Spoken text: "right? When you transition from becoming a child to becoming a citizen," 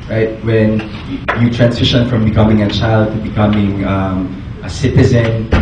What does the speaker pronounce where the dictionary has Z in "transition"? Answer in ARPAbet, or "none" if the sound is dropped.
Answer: S